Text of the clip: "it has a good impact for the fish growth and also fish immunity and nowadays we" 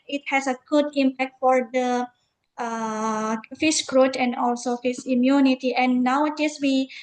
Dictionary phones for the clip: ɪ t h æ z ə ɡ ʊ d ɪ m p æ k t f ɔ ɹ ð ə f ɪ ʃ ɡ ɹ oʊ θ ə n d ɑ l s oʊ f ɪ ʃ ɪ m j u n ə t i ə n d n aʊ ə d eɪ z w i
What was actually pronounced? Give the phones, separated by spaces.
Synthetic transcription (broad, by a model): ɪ t h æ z ə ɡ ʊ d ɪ m p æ k t f ɔ ɹ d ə f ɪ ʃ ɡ ɹ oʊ t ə n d ɑ l s oʊ f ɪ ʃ ɪ m j u n ə t i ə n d n aʊ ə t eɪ s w i